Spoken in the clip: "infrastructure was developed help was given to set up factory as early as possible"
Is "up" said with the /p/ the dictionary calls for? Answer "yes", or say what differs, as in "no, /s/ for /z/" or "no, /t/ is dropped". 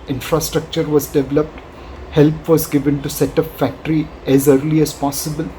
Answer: no, /f/ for /p/